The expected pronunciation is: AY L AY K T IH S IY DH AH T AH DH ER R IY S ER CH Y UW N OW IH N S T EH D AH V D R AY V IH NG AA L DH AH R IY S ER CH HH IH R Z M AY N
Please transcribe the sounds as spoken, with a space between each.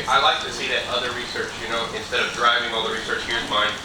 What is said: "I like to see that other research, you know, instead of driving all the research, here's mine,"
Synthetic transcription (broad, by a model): AY L AY K T IH S IY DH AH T AH DH ER R IY S ER CH Y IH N OW IH N S T EH D AH V D R AY V IH NG AA L DH AH R IY S ER CH HH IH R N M AY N